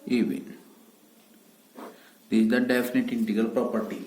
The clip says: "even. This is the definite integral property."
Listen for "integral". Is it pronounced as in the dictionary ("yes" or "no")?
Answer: no